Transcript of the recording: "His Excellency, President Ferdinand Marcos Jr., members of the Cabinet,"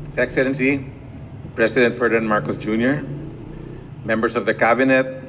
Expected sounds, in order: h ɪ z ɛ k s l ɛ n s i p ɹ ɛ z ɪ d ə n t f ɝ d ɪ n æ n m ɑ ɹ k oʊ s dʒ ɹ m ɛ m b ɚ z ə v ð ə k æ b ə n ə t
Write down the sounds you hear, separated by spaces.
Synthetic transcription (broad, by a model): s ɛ k s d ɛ n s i p ɹ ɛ s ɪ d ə n t f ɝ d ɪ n n m ɑ ɹ k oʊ s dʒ ɹ m ɛ m b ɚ s ə v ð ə k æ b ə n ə t